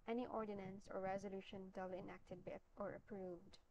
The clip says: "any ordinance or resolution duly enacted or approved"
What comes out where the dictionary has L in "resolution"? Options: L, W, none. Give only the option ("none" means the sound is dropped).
L